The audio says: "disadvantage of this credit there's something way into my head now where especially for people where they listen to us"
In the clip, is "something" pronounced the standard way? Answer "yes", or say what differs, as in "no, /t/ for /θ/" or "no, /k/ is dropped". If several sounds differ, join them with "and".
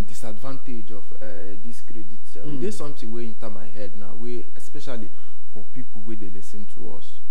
no, /t/ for /θ/